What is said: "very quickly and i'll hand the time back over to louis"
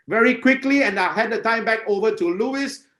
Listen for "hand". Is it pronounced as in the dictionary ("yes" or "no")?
no